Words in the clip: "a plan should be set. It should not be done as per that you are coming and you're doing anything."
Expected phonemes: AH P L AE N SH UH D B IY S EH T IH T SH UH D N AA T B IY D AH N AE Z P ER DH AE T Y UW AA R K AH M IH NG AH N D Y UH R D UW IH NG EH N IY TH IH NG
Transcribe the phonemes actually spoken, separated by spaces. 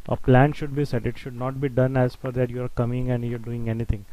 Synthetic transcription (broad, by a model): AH P L AE N SH UH D B IY S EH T IH T SH UH D N AA T B IY D AH N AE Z F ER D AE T Y UW AA R K AH M IH NG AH N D Y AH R D UW IH NG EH N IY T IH NG